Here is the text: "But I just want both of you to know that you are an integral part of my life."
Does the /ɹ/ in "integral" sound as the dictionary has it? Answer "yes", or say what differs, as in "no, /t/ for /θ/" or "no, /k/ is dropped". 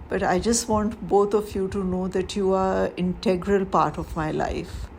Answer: yes